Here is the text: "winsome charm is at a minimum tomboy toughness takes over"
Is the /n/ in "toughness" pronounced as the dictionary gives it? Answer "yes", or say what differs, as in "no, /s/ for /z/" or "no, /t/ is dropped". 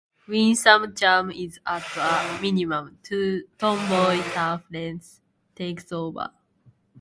no, /l/ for /n/